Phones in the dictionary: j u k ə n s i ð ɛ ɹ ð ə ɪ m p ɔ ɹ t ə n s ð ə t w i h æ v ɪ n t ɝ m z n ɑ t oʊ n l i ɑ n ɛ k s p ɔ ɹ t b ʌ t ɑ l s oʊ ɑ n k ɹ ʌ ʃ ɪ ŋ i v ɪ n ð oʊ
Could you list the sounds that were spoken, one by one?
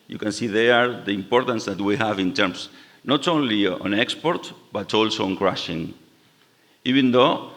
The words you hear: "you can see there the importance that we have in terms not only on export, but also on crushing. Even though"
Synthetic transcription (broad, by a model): j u k ə n s i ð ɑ ɹ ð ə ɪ m p ɔ ɹ t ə n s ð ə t w i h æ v ɪ n t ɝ m s n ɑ t oʊ n l i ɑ n ɛ k s p ɔ ɹ t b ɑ t ɑ l s oʊ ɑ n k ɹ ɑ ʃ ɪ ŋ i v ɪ n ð oʊ